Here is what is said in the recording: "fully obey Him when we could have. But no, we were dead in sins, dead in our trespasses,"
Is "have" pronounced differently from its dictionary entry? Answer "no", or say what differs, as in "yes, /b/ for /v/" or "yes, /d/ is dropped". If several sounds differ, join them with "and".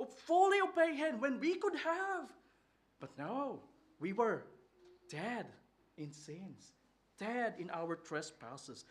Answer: no